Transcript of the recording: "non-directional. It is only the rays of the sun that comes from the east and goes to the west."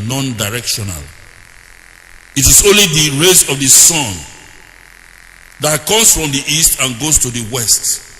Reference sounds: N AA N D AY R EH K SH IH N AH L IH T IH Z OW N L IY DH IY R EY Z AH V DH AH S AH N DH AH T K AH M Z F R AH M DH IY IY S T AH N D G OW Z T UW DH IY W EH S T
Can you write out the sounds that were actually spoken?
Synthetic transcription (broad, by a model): N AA N D AY R EH K SH IH N AH L IH T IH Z OW N L IY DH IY R EY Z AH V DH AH S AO N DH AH T K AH M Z F R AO M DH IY IY S T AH N G OW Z T UW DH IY W EH S T